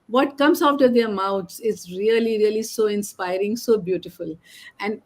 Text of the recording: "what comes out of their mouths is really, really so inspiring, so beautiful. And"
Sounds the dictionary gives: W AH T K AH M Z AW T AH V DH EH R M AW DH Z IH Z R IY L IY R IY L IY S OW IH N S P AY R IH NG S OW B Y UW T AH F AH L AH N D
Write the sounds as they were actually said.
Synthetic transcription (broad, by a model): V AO T K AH M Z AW T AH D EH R M AW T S IH Z R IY L IY R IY L IY S OW IH N S P AY R IH NG S OW B Y UW T AH F AH L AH N D